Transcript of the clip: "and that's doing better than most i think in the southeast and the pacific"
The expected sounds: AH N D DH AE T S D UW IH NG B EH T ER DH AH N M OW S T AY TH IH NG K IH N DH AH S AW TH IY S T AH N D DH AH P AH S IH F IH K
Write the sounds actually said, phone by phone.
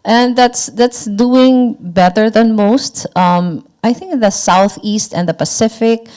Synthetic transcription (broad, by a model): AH N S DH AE T S D UW IH NG B EH T ER DH AH N M OW S T AY TH IH NG K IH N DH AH S AW TH IY S T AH N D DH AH P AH S IH F IH K